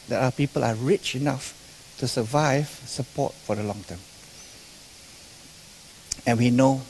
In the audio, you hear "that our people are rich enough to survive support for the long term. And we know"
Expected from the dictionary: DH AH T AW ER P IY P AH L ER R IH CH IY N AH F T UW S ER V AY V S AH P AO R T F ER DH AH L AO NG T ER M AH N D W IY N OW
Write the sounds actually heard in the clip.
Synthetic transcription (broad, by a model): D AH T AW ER P IY P AH L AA R IH CH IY N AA F T UW S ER V AY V S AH P AO T F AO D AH L AO NG T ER M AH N W IY N OW